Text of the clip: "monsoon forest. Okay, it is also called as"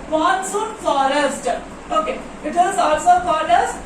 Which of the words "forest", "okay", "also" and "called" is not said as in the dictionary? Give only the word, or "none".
called